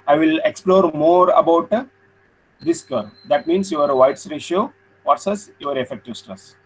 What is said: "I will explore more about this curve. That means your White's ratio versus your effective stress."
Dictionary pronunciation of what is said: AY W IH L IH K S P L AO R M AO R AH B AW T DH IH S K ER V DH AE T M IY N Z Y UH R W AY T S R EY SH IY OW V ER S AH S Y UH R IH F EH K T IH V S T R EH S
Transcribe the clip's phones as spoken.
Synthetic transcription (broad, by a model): AY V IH L IH K S P L AO R M AO R AH B AW T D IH S K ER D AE T M IY N S Y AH R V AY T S R EY SH IY OW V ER S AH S Y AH R IH F EH K T IH V S T R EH S